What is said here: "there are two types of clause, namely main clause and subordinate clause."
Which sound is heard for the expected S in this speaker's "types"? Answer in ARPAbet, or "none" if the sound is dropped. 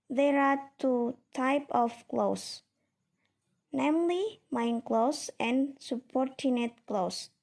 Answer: none